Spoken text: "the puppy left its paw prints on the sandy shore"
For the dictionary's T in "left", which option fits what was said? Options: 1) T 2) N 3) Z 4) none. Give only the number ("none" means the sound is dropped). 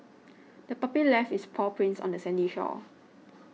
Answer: 4